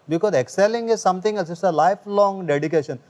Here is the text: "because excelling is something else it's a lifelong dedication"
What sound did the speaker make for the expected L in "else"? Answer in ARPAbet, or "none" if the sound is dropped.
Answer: none